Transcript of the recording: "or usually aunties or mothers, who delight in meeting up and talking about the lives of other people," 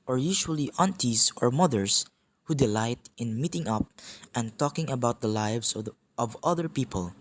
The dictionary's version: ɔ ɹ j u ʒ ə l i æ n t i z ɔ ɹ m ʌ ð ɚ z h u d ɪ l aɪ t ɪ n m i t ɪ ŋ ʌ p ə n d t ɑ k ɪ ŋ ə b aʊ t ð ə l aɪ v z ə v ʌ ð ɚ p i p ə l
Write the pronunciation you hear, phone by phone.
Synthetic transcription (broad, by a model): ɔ ɹ j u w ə l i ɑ n t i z ɔ ɹ m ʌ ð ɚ s h u d ɪ l aɪ t ɪ n m i t ɪ ŋ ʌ p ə n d t ɑ k ɪ ŋ ə b aʊ t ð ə l aɪ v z ə v ʌ ð ɚ p i p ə l